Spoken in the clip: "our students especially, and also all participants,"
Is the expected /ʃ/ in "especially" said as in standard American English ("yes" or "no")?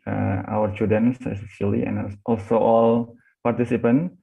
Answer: no